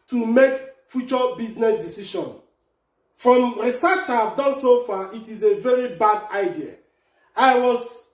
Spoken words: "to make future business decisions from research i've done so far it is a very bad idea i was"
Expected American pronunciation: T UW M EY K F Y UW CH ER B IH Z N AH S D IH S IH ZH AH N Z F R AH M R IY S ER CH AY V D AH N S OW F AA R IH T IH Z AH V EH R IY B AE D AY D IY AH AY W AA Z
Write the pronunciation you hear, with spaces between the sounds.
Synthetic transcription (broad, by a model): T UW M EY K F Y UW CH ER B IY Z N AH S D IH S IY SH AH N F R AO M R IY S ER CH AY V D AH N S OW F AA IH T IH Z AH V EH R IY B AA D AY D IY AH AY W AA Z